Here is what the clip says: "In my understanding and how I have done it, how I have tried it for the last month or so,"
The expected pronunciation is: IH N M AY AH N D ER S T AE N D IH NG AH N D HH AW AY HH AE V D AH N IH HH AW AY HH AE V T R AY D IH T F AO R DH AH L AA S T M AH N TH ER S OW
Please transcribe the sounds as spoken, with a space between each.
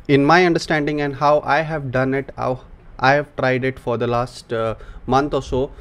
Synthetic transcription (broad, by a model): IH N M AY AH N D ER S T AE N D IH NG AH N D HH AW AY HH AE V D AH N IH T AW AY HH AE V T R AY D IH T F AO R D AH L AA S T M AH N T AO S OW